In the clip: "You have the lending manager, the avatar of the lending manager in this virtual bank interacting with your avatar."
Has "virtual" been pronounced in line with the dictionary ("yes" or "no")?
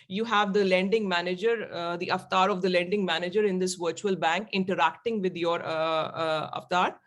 yes